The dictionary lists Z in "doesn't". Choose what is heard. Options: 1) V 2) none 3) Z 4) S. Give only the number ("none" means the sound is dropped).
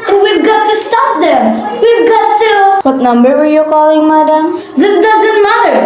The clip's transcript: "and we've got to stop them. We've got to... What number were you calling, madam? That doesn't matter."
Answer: 3